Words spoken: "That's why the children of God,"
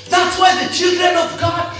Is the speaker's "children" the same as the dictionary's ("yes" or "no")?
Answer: yes